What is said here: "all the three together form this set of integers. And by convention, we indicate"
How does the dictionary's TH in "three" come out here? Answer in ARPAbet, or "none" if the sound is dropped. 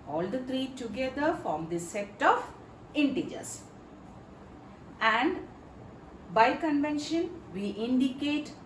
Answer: T